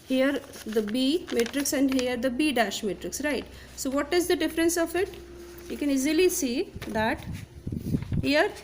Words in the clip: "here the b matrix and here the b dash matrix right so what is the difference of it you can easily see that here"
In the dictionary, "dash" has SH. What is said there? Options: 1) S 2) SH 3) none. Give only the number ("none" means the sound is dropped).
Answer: 2